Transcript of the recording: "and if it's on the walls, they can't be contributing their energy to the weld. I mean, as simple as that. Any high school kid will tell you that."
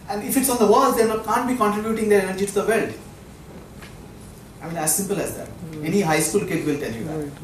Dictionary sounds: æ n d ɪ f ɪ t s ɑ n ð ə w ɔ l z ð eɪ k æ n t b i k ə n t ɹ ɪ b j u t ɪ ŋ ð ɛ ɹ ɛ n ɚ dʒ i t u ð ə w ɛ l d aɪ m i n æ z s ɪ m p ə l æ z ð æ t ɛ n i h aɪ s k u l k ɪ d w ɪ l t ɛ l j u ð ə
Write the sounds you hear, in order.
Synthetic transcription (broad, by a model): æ n d ɪ f ɪ t s ɑ n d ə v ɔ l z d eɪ k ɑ n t b i k ə n t ɹ ɪ b j u t ɪ ŋ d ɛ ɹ ɛ n ɚ dʒ i t u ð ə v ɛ l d aɪ m i n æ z s ɪ m p ə l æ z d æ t ɛ n i h aɪ s k u l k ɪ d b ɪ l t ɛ n j u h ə